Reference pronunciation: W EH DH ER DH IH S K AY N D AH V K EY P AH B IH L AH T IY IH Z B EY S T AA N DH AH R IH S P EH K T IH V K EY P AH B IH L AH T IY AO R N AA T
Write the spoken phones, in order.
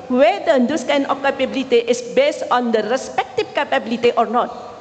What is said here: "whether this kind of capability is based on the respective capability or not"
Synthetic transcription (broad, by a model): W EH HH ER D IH S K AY N AH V K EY P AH B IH L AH T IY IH S B EY S T AA N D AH R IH S P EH K T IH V K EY P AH B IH L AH T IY AO R N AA T